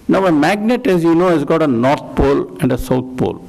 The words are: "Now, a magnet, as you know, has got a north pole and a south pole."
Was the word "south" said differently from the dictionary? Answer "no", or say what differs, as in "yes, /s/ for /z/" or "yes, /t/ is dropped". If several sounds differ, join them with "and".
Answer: yes, /t/ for /θ/